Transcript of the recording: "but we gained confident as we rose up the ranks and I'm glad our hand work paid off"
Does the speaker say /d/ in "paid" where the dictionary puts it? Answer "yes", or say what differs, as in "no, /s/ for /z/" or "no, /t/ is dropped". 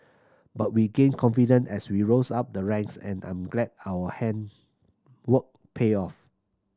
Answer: no, /d/ is dropped